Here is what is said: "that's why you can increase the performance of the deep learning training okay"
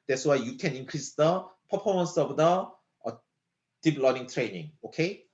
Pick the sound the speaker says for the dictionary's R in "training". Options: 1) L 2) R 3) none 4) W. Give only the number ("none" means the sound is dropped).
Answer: 2